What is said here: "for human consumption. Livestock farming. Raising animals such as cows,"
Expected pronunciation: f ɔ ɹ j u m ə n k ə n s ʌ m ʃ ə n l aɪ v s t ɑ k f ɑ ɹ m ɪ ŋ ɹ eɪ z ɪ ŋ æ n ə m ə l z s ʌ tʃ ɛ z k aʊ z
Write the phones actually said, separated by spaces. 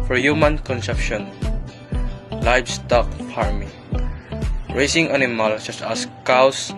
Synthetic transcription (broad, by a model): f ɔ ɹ j u m ə n k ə n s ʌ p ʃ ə n l aɪ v s t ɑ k p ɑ ɹ m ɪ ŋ ɹ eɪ s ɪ ŋ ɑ n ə m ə l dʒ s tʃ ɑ s k aʊ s